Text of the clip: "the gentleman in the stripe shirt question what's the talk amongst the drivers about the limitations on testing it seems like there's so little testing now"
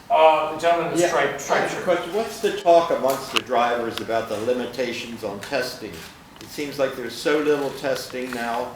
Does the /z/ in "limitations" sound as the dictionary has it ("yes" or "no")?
yes